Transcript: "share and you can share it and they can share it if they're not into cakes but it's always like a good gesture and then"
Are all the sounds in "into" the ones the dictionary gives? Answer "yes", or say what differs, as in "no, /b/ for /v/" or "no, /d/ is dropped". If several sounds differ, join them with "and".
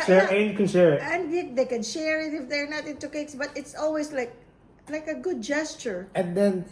yes